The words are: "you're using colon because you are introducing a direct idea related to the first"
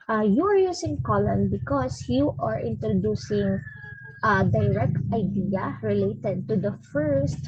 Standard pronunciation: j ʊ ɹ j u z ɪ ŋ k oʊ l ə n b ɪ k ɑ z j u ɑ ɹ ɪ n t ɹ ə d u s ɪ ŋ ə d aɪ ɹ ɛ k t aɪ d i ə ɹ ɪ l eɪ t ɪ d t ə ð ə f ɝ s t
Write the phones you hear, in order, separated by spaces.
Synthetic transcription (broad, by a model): j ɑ ɹ j u s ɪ ŋ k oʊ l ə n b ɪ k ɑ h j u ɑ ɹ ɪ n t ɹ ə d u s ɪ ŋ ə d aɪ ɹ ɛ k t aɪ d i ə ɹ ɪ l eɪ t ɪ d t ə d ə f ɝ s t